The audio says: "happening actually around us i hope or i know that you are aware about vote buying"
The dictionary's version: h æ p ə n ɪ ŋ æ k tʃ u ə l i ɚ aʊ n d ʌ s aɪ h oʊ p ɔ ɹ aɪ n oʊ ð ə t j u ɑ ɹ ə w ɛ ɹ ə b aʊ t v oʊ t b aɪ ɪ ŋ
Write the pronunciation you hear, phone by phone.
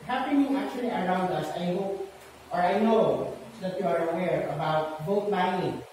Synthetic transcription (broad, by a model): h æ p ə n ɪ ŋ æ k tʃ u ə l i ɚ aʊ n d ʌ s aɪ h oʊ p ɔ ɹ aɪ n oʊ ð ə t j u ɑ ɹ ə w ɛ ɹ ə b aʊ t b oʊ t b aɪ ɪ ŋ